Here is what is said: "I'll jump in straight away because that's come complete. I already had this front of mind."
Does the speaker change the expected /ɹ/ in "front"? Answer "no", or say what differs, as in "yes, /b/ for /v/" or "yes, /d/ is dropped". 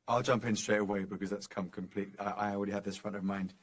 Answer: no